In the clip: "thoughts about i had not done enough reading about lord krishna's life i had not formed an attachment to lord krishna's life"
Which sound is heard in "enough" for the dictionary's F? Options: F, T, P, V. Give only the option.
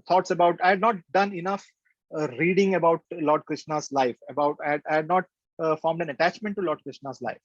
F